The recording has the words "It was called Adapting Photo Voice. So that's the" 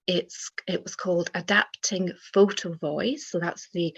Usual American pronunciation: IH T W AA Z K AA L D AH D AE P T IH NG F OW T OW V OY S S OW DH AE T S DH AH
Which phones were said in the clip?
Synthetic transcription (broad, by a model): IH T W AA Z K AA L D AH D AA P T IH NG F OW T OW V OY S S OW DH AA T S DH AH